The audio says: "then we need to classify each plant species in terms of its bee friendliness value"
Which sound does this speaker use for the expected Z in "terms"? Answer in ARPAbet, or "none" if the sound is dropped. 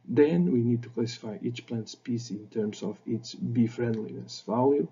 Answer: S